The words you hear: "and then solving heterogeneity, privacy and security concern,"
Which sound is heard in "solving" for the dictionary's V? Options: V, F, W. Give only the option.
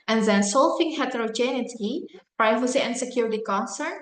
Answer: F